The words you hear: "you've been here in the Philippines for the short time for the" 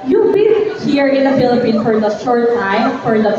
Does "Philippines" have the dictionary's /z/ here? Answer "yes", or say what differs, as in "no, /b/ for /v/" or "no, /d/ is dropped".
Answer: no, /z/ is dropped